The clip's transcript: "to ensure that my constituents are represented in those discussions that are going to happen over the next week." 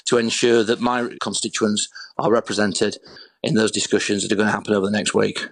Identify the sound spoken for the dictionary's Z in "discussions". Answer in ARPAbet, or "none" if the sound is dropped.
Z